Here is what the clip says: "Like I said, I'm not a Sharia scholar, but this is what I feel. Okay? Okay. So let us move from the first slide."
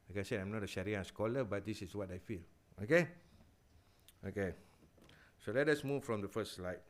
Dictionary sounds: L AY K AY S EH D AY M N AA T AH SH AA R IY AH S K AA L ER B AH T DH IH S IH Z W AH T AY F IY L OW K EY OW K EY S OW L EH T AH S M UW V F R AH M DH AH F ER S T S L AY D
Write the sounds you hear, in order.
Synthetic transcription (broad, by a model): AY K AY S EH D AY M N AA T AH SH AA R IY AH S K AA L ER B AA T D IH S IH S W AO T AY F IY L OW K EY OW K EY S OW L EH T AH S M UW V F R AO M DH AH F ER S S L AY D